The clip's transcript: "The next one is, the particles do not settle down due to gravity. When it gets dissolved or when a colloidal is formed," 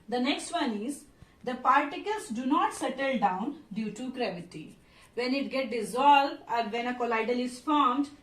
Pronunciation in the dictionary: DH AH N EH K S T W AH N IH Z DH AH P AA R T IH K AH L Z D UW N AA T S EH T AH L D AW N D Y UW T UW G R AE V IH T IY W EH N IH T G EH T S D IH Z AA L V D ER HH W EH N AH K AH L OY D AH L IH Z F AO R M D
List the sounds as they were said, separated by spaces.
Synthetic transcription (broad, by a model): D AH N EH K S T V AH N IH Z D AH P AA R T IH K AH L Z D UW N AA T S EH T AH L D AW N D Y UW T UW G R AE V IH T IY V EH N IH T G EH T D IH Z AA L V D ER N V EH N AH K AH L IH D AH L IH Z F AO R M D